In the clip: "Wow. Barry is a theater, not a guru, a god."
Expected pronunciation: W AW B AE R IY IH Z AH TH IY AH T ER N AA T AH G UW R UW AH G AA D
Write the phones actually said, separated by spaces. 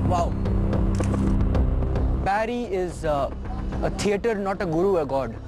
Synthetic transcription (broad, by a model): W AW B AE R IY IH Z AH T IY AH T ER N AA T AH G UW R UW AH G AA D